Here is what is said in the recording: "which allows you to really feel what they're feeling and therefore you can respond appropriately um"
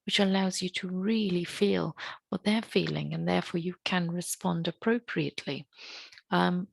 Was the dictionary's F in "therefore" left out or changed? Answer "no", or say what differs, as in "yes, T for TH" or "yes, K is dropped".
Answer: no